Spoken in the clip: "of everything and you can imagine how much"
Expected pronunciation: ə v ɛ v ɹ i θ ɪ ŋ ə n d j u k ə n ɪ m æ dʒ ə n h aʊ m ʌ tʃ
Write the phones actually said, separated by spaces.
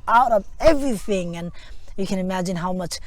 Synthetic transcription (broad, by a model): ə v ɛ v ɹ i θ ɪ ŋ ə n j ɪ k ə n ɪ m æ dʒ ə n h aʊ m ʌ tʃ